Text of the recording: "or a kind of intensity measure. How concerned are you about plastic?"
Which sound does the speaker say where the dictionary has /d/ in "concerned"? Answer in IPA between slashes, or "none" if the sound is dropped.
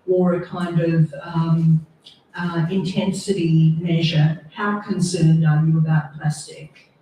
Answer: /d/